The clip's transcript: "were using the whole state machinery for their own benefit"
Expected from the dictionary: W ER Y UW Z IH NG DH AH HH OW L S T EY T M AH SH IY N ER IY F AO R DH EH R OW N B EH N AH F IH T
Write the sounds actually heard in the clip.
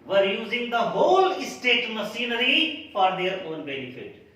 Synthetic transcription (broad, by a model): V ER Y UW Z IH NG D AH HH OW L S T EY T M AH S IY N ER IY F AO R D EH R OW N B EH N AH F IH T